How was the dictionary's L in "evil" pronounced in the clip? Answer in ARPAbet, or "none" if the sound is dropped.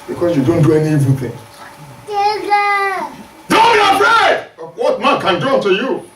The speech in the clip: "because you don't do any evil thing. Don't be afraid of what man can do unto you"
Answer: N